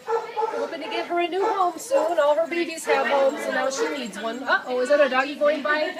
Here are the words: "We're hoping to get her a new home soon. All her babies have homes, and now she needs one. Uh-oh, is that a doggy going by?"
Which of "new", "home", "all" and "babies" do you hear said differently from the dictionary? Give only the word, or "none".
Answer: babies